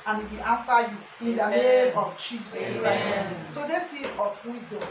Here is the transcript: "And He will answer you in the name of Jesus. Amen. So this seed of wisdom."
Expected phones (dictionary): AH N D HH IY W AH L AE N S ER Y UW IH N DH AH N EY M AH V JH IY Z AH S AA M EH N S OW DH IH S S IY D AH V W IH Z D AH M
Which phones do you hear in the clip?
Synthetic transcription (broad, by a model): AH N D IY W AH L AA N S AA Y UW IH N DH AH N EY M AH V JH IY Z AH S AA EH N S OW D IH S S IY AH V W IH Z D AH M